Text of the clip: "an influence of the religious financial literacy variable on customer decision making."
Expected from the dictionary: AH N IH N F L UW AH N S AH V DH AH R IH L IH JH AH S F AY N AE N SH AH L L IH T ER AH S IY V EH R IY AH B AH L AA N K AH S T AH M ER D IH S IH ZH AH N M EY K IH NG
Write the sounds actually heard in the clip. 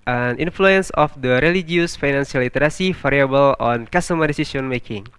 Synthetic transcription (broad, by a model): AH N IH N F L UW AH N S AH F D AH R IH L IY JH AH S F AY N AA N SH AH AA L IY T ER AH S IY F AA R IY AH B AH L AA N K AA S T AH M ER D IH S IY S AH N M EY K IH NG